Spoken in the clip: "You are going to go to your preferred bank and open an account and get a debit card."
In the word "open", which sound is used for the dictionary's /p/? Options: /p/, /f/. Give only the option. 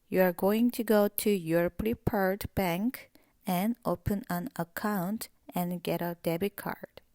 /p/